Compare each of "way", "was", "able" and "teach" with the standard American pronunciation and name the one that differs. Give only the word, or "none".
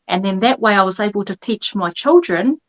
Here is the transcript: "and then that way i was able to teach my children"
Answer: none